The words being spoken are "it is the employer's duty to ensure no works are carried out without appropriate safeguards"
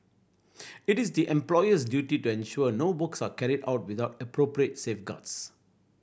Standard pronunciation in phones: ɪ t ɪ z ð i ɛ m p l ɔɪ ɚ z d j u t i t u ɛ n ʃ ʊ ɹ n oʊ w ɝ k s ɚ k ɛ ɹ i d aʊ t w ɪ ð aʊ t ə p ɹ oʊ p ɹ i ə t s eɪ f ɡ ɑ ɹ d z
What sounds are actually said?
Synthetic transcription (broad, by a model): ɪ t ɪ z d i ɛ m p l ɔɪ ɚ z d j u t i t u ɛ n ʃ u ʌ n oʊ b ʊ k s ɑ k ɛ ɹ i d aʊ t w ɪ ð aʊ t ə p ɹ oʊ p ɹ i ə t s eɪ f ɡ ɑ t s